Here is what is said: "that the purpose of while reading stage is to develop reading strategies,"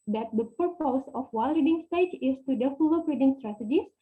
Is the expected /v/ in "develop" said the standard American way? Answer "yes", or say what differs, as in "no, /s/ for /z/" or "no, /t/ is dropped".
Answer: no, /f/ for /v/